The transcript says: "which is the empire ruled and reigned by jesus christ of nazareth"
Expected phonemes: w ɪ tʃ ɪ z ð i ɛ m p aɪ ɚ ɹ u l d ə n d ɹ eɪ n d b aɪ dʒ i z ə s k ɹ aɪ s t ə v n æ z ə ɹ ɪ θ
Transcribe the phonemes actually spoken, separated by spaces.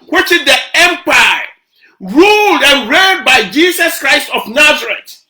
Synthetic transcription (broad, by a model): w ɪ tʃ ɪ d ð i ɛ m p aɪ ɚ ɹ u l d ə n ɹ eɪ d b aɪ dʒ i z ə s k ɹ aɪ s t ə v n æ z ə ɹ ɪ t